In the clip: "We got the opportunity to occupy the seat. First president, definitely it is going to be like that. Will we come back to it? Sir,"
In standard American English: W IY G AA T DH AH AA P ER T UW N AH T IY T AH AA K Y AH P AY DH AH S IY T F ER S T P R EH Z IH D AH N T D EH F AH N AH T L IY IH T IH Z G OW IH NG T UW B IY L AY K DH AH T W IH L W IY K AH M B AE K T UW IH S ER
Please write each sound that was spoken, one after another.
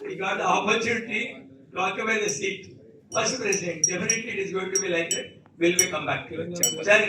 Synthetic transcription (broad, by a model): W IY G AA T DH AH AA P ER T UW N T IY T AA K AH B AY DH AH S IY T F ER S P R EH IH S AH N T D EH F AH N AH T L IY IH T IH Z G OW IH NG T UW B IY L AY K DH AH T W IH L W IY K AH M B AE K T UW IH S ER